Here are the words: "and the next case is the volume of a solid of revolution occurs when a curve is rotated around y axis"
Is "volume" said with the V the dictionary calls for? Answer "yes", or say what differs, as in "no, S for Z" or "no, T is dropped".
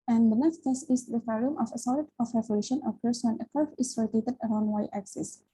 no, F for V